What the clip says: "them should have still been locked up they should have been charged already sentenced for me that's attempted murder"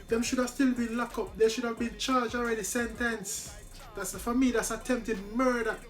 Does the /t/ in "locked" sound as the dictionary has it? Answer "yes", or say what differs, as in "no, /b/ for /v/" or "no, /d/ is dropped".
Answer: no, /t/ is dropped